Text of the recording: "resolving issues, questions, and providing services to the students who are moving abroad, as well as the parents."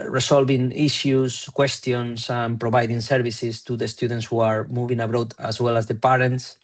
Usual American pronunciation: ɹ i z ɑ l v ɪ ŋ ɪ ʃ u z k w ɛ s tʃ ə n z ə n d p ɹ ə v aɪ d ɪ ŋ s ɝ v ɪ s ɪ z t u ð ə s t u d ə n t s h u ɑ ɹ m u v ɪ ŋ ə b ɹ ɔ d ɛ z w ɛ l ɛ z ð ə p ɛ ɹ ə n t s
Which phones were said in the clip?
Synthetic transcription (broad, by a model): ɹ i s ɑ l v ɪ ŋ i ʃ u s k w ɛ s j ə n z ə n p ɹ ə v aɪ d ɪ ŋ s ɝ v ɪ s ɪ s t u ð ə s t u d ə n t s h u ɑ ɹ m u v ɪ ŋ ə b ɹ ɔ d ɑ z w ɛ l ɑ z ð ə p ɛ ɹ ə n t s